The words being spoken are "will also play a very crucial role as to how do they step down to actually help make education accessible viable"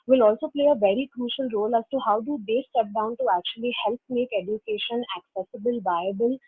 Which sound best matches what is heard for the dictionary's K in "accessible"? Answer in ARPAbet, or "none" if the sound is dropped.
K